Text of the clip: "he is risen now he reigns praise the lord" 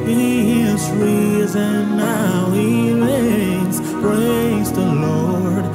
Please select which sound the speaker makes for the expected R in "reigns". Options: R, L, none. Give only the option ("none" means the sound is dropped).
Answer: L